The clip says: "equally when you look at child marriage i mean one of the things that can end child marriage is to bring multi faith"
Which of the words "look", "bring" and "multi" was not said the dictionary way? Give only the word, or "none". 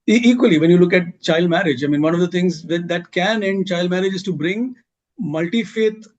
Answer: none